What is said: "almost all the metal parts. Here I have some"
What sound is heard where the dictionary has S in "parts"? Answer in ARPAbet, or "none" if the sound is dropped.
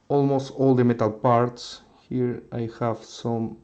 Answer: S